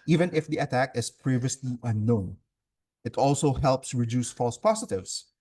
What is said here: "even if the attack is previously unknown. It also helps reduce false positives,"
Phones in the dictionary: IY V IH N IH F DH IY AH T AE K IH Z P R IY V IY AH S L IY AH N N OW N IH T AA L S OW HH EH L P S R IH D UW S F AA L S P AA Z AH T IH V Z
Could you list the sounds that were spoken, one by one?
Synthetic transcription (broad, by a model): IY V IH N IH F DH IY AH T AE K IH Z P R IY V IY AH S L IY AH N N OW N IH T AA L S OW HH EH L P S R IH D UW S F AA L S P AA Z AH T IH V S